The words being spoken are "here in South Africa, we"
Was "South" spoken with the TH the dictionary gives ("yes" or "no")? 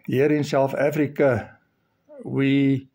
no